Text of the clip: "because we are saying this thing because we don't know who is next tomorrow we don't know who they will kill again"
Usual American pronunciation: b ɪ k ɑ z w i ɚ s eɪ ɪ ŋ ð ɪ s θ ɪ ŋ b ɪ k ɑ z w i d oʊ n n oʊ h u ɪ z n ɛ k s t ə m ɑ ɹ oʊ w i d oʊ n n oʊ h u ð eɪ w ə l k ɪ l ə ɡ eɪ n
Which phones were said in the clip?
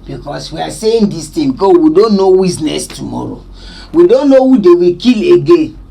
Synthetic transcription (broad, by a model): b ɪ k ɑ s w i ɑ s eɪ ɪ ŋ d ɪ s t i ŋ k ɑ w i d oʊ n n oʊ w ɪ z n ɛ s t ə m ɑ ɹ oʊ w i d oʊ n n oʊ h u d eɪ w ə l k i l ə ɡ eɪ n